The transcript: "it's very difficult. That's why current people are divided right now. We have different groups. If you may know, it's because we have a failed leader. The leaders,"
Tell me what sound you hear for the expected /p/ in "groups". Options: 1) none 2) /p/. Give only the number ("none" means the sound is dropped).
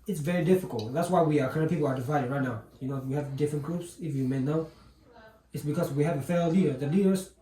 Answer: 2